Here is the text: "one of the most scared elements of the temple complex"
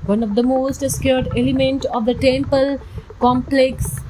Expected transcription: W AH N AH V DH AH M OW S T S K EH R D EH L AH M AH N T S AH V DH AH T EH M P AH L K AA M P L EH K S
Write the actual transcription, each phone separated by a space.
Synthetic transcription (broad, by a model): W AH N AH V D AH M OW S T S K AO R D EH L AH M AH N T AH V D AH T EH M P AH L K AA M P L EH K S